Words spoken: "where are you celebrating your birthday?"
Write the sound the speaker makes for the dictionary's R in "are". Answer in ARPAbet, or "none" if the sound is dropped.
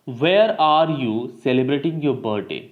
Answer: R